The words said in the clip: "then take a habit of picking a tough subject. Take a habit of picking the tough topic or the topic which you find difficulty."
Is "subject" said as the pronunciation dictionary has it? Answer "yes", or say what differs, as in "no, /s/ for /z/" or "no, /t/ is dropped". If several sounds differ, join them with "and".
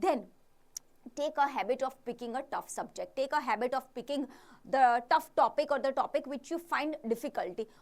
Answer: yes